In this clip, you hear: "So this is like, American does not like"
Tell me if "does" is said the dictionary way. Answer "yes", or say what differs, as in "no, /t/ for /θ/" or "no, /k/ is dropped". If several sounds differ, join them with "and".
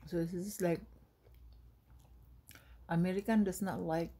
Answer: no, /s/ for /z/